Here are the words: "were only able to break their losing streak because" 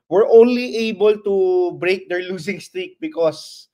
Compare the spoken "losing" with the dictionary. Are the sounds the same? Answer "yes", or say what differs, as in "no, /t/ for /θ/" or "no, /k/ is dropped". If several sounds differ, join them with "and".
no, /s/ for /z/